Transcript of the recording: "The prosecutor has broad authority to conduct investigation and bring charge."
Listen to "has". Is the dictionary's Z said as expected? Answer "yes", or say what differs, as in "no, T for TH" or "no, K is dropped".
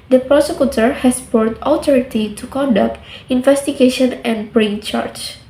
no, S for Z